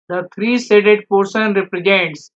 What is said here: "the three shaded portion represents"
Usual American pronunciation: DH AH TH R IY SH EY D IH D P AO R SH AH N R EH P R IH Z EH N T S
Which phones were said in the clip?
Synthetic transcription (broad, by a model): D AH T R IY S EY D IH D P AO R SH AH N R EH P R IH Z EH N T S